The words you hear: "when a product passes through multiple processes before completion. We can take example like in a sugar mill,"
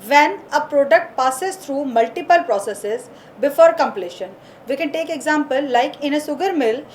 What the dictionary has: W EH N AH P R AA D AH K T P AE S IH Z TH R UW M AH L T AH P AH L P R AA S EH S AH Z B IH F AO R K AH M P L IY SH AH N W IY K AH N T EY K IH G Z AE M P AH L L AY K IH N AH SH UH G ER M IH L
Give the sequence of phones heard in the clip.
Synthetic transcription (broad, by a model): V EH N AH P R AA D AH K T P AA S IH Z T R UW M AH L T AH P AH L P R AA S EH S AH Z B IH F AO R K AH M P L IY SH AH N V IY K AH N T EY K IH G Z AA M P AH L L AY K IH N AH S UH G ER M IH L